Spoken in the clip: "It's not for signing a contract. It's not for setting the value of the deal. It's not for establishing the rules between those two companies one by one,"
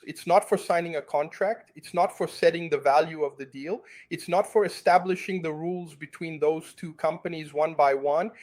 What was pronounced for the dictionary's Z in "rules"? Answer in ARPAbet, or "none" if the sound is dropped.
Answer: Z